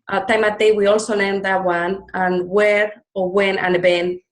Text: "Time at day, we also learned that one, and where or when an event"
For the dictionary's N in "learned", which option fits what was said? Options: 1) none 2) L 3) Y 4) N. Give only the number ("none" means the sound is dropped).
1